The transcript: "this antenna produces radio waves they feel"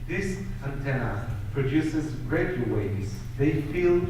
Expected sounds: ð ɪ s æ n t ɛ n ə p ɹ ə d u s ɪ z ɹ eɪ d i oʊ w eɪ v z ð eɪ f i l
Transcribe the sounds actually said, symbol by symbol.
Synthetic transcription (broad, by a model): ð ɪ s æ n t ɛ n ə p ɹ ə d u s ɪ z ɹ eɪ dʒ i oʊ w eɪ z ð eɪ f i l